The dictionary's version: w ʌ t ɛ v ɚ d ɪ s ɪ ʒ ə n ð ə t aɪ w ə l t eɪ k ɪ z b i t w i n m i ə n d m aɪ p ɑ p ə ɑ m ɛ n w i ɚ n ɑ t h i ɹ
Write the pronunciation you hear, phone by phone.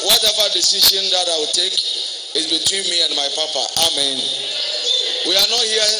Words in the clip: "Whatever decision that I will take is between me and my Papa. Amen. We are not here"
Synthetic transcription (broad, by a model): w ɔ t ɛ v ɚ d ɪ s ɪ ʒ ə n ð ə t aɪ w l t eɪ k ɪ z b i t w i n m i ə n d m aɪ p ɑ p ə ɑ m ɛ n w i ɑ n ɑ t h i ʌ